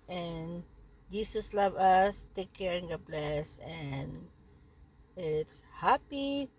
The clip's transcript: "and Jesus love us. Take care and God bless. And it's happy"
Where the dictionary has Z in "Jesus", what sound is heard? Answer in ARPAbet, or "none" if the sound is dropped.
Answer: S